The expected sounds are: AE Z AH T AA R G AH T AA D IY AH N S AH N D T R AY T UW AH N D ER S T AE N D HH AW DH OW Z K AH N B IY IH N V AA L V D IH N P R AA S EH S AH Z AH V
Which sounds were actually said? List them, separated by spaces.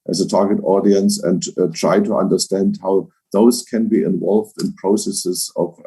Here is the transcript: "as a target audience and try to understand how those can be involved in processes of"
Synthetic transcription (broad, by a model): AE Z AH T AA R G AH T AA D IY AH N S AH N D T R AY T UW AH N D ER S T AE N D HH AW DH OW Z K AH N B IY IH N V AA L V D IH N P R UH S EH S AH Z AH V